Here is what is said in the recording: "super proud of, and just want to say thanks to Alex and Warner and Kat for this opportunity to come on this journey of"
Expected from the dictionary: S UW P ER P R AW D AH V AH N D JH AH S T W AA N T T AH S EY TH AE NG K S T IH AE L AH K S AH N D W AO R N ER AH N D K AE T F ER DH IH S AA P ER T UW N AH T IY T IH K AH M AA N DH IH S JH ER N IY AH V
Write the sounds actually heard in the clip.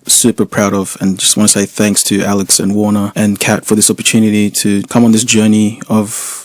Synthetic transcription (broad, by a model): S UW P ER P R AW D AH V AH N JH AH S T W AA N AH S EY TH AE NG K S T IH AE L AH K S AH N W AO R N ER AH N K AE T F ER DH IH S AA P ER T UW N AH T IY T IH K AH M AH N DH IH S JH ER N IY AH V